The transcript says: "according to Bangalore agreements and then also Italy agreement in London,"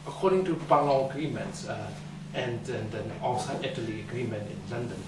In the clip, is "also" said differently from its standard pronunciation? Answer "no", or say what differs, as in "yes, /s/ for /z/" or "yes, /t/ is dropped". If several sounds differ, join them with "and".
yes, /l/ is dropped